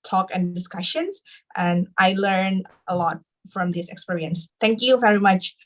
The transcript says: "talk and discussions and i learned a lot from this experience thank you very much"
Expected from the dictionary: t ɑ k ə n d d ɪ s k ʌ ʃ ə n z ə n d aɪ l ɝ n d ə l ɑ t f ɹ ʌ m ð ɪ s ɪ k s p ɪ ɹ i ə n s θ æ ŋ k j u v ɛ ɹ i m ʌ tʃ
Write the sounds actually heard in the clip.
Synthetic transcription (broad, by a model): t ɑ k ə n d d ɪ s k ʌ ʃ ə n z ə n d aɪ l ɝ n ə l ɑ t f ɹ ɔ m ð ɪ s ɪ k s p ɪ ɹ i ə n s t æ ŋ k j u v ɛ ɹ i m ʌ tʃ